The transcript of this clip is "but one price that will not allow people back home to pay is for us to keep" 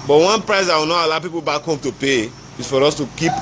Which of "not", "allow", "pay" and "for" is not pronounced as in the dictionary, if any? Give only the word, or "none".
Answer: none